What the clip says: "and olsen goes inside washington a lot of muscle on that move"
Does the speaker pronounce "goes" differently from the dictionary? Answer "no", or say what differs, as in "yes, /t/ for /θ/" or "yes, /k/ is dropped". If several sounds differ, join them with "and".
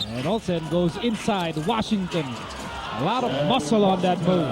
no